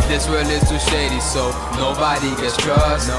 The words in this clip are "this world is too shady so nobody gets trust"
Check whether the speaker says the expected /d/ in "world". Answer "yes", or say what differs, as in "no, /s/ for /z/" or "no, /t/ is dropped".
no, /d/ is dropped